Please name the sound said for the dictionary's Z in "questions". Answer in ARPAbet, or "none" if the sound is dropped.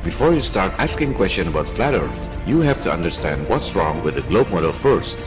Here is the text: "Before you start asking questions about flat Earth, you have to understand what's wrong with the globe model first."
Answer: none